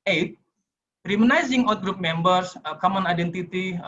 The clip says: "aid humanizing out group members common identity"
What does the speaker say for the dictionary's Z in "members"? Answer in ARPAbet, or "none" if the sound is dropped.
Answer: S